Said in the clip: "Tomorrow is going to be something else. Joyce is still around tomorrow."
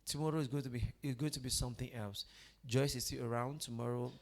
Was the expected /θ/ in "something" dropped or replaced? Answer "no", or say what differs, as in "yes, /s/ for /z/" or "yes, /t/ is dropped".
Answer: no